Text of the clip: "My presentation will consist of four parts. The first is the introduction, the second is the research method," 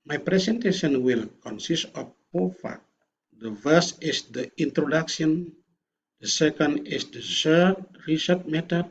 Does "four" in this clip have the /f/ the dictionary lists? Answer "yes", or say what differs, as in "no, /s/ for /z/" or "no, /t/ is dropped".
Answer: no, /p/ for /f/